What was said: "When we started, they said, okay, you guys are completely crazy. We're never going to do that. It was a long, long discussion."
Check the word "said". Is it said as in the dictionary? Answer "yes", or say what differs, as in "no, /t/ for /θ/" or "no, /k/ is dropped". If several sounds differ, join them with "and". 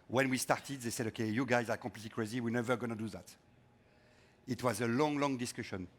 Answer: yes